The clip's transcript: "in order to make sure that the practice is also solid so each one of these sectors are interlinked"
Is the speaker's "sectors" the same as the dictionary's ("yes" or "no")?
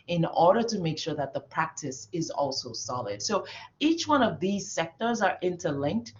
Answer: yes